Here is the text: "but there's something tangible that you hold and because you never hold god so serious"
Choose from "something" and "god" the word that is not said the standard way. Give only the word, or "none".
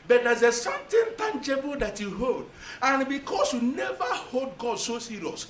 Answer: something